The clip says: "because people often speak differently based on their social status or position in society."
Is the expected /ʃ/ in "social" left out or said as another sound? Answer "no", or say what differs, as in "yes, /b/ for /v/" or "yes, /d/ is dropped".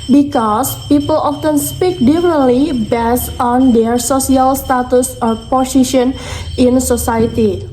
yes, /s/ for /ʃ/